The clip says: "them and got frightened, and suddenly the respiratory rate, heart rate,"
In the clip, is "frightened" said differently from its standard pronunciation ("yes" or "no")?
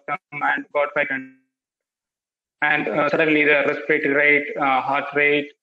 yes